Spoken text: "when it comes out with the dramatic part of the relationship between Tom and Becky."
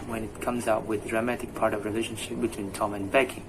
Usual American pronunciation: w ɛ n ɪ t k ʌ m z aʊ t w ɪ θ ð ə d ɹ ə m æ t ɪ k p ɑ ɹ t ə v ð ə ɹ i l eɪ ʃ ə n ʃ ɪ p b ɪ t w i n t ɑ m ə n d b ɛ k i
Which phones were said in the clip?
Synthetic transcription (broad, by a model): w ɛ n ɪ t k ʌ m z aʊ t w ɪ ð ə d ɹ ə m æ t ɪ k p ɑ ɹ t ə v ɹ i l eɪ ʃ ə n ʃ ɪ p b ɪ t w i n t ɑ m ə n b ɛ k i